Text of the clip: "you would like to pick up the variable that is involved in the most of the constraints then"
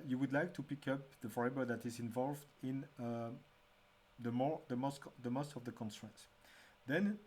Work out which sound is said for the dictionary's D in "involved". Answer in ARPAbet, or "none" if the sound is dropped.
D